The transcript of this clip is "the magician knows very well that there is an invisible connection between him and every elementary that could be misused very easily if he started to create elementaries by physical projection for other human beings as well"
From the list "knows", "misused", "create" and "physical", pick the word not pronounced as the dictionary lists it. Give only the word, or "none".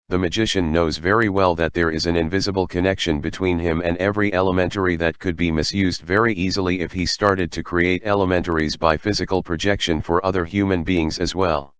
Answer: none